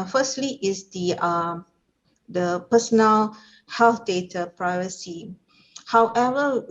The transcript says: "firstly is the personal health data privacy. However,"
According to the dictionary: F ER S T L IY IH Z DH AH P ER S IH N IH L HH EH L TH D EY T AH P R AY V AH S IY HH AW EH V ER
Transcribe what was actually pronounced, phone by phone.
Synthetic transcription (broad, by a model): F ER S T L IY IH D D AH P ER S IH N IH L HH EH L F D EY T AH P R AY V AH S IY HH AW EH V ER